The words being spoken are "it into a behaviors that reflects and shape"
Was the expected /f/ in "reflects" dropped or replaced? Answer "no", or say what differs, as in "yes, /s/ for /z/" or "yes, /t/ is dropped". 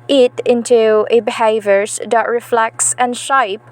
no